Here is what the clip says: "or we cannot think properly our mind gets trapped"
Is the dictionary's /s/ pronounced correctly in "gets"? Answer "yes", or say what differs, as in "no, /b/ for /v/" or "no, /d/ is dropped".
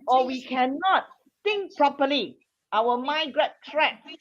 no, /s/ is dropped